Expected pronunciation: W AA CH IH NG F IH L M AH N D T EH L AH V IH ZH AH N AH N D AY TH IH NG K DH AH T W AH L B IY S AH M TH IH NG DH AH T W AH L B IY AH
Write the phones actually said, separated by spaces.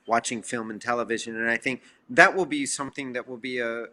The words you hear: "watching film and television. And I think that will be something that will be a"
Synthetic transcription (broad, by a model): W AA CH IH NG F IH L M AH N T EH L AH V IH ZH AH N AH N AY TH IH NG K DH AH T W AH L B IY S AH M TH IH NG DH AH T W AH L B IY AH